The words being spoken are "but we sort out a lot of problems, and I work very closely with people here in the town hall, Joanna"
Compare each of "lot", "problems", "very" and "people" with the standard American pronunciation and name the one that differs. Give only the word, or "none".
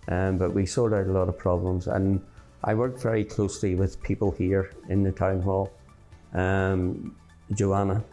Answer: none